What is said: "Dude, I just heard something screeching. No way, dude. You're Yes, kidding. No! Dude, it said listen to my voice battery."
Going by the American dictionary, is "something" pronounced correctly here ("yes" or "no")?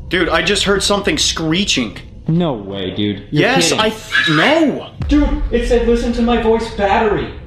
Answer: yes